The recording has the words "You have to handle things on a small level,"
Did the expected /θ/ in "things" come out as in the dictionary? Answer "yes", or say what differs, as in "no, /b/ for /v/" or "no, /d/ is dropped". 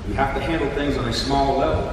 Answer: yes